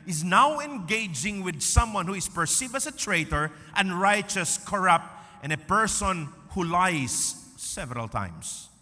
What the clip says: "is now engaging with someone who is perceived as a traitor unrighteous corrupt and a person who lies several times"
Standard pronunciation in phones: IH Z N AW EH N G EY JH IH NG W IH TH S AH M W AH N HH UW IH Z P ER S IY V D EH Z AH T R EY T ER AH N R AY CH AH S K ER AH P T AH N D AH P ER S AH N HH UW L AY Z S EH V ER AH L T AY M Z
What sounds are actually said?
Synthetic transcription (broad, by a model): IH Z N AW EH N G EY JH IH NG W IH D S AH M W AH N HH UW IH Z P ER S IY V AH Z AH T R EY T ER AH N R AY CH AH S K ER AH P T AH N AH P ER S AH N HH UW L AY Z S EH V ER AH L T AY M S